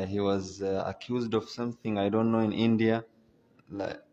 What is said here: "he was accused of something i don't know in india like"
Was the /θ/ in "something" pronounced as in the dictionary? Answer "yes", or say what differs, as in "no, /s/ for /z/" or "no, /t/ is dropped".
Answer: yes